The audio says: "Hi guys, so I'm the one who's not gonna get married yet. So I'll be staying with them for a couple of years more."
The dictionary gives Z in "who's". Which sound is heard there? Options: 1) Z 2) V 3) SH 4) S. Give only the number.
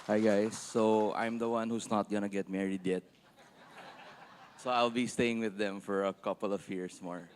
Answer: 4